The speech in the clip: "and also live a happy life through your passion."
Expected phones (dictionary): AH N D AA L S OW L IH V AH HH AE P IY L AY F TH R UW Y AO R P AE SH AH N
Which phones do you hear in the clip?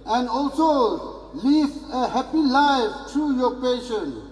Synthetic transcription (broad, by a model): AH N D AA L S OW L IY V AH HH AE P IY L AY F T R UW Y AO R P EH SH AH N